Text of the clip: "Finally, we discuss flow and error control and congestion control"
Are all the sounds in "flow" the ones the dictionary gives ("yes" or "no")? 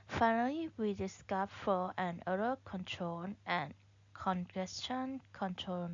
no